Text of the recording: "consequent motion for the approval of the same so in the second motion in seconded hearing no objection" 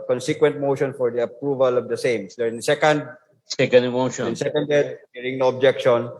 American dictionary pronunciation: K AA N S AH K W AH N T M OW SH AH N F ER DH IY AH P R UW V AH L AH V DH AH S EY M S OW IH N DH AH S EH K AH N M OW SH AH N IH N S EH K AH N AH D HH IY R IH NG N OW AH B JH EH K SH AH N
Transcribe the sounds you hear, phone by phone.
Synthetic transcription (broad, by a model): K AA N S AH K W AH N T M OW SH AH N F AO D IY AH P R UW V AH L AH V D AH S EY M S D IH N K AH S EH K AH N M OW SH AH IH N S EH K AH N AH D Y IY R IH NG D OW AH B JH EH K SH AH N